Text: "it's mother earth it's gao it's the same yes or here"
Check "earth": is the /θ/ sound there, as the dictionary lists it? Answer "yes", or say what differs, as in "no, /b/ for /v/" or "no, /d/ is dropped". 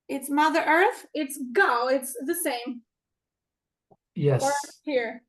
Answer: yes